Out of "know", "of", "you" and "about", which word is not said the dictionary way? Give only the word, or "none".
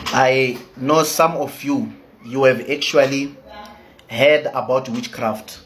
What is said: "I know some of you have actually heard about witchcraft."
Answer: of